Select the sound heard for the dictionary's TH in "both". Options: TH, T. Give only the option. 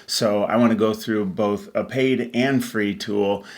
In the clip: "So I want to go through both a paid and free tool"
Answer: TH